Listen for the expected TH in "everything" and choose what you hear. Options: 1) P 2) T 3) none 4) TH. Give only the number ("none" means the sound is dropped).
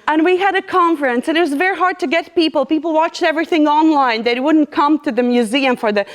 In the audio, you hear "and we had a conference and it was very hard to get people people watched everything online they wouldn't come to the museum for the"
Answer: 4